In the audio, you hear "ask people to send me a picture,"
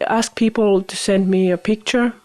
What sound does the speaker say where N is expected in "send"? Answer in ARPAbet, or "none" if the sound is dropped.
N